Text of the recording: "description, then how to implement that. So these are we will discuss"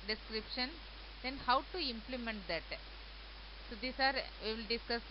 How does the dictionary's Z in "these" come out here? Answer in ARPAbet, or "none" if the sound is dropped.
S